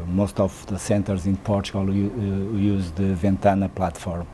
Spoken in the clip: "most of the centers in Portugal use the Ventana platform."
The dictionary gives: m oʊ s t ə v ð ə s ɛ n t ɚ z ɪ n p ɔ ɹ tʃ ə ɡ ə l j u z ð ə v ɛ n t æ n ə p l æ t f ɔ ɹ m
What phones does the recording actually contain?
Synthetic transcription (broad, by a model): m oʊ s t ə v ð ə s ɛ n t ɚ z ɪ n p ɔ ɹ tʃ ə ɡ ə l j u z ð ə v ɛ n t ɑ n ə p l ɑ t f ɔ ɹ m